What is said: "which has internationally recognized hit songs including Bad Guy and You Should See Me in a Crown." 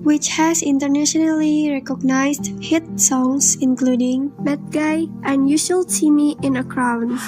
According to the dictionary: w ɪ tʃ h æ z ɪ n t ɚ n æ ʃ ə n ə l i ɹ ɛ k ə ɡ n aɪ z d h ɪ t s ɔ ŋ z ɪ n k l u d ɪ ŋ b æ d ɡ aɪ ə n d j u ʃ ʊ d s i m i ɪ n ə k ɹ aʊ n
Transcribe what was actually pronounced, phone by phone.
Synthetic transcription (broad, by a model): w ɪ tʃ h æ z ɪ n t ɚ n æ ʃ ə n ə l i ɹ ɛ k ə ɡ n aɪ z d h ɪ t s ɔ ŋ s ɪ n k l u d ɪ ŋ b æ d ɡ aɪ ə n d j u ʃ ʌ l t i m i ɪ n ə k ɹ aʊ n